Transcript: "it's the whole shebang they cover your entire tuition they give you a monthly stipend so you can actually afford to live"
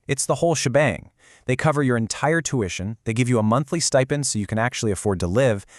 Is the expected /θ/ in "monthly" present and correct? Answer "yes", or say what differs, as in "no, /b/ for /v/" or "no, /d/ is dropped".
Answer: yes